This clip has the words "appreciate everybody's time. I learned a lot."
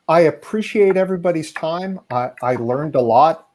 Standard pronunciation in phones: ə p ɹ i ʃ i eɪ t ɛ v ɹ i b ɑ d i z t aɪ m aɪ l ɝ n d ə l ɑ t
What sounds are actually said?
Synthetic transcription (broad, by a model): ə p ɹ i ʃ i eɪ t ɛ v ɹ i b ɑ d i z t aɪ m aɪ l ɝ n d ə l ɑ t